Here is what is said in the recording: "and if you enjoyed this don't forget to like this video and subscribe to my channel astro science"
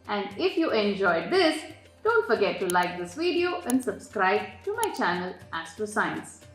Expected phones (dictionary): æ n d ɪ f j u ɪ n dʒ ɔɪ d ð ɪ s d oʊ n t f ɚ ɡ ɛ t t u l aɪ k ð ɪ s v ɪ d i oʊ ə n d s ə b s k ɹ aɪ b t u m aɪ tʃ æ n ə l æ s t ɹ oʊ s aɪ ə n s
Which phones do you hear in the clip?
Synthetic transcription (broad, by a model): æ n d ɪ f j u ɪ n dʒ ɔɪ d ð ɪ s d oʊ n t f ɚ ɡ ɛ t t u l aɪ k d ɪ s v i d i oʊ ə n d s ə b s k ɹ aɪ b t u m aɪ tʃ æ n ə l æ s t oʊ s aɪ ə n s